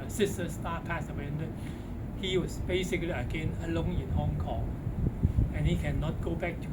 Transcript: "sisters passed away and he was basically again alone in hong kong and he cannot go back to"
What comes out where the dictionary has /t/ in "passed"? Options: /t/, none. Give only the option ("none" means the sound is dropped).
none